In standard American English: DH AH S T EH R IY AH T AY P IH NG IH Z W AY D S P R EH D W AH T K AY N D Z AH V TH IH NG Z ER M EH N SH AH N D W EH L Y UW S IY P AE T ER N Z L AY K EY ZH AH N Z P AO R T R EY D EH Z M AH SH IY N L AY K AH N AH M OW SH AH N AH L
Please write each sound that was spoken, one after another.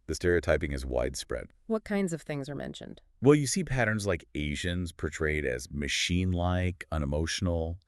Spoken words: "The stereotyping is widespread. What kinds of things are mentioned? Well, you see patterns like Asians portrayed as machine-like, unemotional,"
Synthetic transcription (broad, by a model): DH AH S T EH R IY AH T AY P IH NG IH Z W AY D S P R EH D W AH T K AY N D Z AH V TH IH NG Z ER M EH N SH AH N D W EH L Y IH S IY P AE T ER N Z L AY K EY ZH AH N Z P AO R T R EY D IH Z M AH SH IY N L AY K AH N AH M OW SH N L